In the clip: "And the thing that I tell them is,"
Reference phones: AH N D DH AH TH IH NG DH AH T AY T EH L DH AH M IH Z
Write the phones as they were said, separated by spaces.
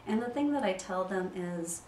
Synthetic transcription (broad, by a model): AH N DH AH TH IH NG DH AH T AY T EH L DH AH M IH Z